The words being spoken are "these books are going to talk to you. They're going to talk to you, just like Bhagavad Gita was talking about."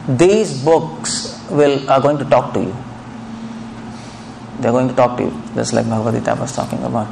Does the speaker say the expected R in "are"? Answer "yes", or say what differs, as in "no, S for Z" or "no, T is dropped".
no, L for R